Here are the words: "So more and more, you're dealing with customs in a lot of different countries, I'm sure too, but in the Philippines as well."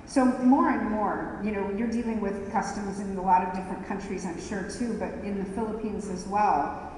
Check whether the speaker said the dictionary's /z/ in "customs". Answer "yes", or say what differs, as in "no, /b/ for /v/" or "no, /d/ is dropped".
yes